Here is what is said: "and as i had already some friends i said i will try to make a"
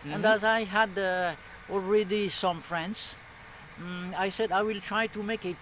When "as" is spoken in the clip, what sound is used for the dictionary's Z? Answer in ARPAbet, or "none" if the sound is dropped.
Z